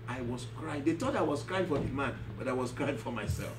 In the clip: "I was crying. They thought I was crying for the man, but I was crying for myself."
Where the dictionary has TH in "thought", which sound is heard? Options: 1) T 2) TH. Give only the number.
1